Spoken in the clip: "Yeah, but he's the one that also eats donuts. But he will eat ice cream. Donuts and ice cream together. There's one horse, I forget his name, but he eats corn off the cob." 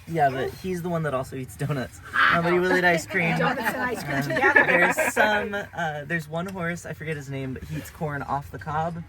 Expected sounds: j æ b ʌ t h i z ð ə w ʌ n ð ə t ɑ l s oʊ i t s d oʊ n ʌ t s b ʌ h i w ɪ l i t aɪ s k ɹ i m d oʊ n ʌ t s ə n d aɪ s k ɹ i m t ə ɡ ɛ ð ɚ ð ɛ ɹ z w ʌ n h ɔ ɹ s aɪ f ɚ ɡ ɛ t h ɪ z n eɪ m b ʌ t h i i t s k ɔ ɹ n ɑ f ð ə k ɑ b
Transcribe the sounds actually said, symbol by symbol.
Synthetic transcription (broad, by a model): j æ b ʌ t h i z ð ə w ʌ n ð ə t ɑ l s oʊ i t s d oʊ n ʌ t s b ʌ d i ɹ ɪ l i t aɪ s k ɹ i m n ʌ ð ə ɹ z s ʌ m ə ð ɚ ɹ z w ʌ n h ɔ ɹ s aɪ f ɚ ɡ ɛ t h ɪ z n eɪ m b ʌ t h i i t s k ɔ ɹ n ɑ f ð ə k ɑ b